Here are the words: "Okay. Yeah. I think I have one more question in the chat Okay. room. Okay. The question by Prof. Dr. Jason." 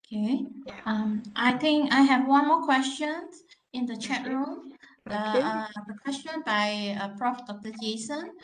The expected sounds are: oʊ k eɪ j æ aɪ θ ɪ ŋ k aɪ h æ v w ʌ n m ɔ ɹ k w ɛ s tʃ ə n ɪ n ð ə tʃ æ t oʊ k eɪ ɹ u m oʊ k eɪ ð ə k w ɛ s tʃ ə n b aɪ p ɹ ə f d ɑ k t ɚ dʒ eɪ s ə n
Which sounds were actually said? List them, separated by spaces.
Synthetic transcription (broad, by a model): k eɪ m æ aɪ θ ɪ ŋ k aɪ h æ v w ʌ n m ɔ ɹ k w ɛ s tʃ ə n ɪ n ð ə tʃ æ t ɹ u m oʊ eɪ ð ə k w ɛ s tʃ ə n b aɪ p ɹ ə f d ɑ k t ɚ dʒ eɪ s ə n